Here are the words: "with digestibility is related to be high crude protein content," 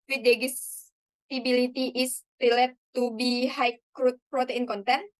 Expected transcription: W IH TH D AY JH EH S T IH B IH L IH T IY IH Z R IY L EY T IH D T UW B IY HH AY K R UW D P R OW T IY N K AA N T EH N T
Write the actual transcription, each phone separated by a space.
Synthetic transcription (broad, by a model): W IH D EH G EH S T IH B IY L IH T IY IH S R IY L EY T T UW B IY HH AY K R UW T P R OW T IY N K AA N T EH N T